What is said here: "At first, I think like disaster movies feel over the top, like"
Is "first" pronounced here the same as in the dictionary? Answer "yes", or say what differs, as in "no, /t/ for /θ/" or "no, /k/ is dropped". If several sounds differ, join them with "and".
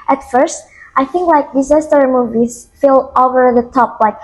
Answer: yes